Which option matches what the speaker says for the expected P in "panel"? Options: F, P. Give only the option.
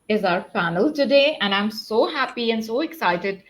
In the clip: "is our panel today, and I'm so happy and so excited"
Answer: F